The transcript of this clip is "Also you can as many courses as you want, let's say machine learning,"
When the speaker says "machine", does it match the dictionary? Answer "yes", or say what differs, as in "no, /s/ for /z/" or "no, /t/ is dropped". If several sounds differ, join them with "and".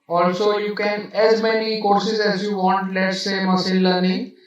no, /s/ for /ʃ/